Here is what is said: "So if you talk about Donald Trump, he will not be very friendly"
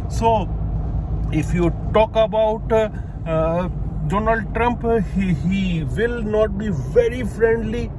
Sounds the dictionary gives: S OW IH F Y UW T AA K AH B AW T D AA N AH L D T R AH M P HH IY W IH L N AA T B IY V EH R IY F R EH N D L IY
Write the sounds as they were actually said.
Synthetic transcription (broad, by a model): S OW IH F Y UW T AA K AH B AW T D AA N AH L D T R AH M P HH IY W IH L N AA T B IY V EH R IY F R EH N D L IY